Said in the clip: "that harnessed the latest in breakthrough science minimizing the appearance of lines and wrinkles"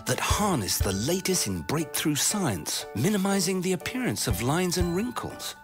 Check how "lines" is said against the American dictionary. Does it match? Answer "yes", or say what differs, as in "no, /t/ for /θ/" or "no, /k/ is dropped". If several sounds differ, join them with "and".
yes